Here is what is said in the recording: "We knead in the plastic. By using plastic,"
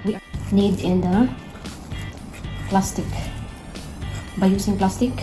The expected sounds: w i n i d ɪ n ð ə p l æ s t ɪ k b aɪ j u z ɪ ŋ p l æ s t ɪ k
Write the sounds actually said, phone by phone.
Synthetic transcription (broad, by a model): w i n i d ɪ n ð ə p l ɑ s t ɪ k b aɪ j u s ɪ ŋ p l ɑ s t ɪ k